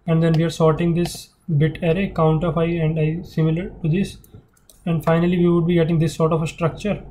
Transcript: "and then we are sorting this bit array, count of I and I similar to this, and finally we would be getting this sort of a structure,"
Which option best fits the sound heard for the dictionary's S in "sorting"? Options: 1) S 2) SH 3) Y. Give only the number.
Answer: 1